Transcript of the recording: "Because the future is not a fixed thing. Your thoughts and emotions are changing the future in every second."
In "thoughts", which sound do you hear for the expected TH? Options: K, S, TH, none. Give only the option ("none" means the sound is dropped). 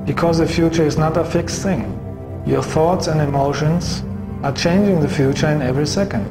TH